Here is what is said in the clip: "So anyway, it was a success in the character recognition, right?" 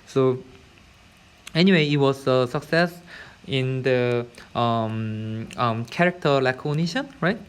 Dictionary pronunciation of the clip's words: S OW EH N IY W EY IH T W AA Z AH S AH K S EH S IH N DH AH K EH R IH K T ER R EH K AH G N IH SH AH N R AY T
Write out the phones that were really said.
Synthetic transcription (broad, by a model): S OW EH N IY W EY IH T W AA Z AH S AH K S EH S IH N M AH K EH R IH K T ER L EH K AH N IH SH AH N R AY T